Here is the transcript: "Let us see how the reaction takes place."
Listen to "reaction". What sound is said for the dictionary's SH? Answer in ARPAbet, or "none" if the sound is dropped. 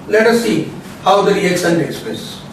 S